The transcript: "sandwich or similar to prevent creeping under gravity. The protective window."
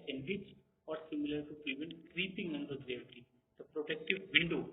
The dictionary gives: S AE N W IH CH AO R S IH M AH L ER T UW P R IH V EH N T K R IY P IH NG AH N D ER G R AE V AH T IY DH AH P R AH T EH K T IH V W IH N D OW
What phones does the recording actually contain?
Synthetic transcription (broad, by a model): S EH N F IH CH AO R S IH M AH L ER T UW P R IH V EH N T K R IY P IH NG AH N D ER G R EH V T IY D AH P R AH T EH K T IH V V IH N D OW